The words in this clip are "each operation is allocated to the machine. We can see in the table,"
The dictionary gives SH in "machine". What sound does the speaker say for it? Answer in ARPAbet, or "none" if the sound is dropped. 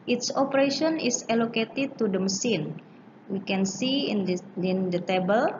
S